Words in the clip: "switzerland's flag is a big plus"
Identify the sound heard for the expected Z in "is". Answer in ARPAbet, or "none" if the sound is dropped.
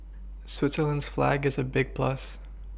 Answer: Z